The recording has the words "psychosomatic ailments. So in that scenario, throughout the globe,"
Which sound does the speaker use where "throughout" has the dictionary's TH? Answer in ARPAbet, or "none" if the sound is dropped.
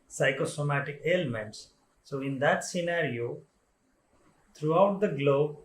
T